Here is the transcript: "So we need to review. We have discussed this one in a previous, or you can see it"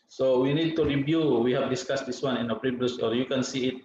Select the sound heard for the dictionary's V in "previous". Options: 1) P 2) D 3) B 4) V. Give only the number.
3